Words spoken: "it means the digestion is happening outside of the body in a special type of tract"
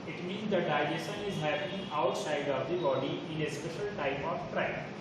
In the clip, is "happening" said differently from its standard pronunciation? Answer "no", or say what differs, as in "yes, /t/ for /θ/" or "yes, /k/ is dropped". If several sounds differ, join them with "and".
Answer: yes, /n/ is dropped